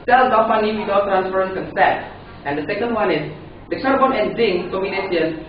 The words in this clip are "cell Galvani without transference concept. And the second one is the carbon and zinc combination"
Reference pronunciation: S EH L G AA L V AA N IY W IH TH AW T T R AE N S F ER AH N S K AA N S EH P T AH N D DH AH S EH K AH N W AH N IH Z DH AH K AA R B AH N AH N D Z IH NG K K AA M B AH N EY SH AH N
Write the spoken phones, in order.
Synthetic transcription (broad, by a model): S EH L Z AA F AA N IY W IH T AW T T R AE N S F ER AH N K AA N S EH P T AH N D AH S EH K AH N W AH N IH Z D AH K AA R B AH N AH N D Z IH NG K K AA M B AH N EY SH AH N